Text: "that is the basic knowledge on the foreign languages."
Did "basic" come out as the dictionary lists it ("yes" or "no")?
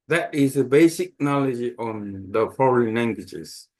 yes